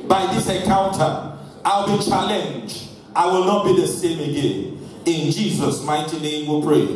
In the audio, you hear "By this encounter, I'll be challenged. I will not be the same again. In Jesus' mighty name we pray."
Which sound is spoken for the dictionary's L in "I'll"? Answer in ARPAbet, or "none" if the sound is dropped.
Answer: L